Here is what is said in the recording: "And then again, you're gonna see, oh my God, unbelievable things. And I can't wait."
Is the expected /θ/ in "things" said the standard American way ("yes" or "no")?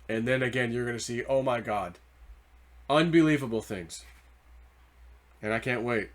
yes